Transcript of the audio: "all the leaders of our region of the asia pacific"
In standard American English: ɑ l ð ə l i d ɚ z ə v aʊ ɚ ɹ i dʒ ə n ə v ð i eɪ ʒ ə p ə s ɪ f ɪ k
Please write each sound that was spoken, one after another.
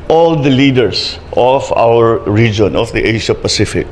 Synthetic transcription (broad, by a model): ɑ l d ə l i d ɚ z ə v aʊ ɚ ɹ i dʒ ə n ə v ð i eɪ ʃ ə p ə s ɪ f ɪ k